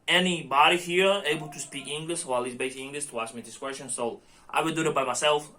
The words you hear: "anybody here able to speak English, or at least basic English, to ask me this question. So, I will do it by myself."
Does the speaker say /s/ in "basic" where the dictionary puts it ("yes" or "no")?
no